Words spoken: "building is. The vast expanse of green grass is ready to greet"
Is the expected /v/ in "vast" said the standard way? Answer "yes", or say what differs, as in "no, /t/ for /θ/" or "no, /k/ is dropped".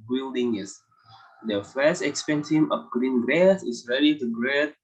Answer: no, /f/ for /v/